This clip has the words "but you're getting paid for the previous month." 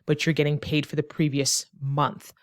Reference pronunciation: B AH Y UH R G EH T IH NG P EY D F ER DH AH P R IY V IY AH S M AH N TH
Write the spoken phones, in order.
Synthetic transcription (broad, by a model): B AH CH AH R G EH T IH NG P EY D F ER DH AH P R IY V IY AH S M AH N TH